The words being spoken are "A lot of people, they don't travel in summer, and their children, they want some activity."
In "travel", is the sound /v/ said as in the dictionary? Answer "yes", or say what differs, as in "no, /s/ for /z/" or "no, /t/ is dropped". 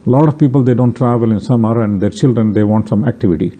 yes